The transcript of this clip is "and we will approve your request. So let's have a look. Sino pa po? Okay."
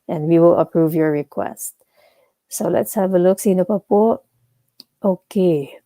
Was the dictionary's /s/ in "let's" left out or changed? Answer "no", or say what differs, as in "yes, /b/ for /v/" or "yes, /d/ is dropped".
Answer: no